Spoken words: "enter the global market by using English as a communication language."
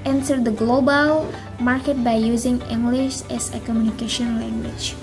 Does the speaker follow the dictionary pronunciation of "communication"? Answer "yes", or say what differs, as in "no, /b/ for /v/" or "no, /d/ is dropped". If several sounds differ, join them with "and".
yes